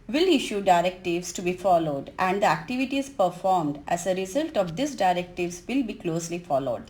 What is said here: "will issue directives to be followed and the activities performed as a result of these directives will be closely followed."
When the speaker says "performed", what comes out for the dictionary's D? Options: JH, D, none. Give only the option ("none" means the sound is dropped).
D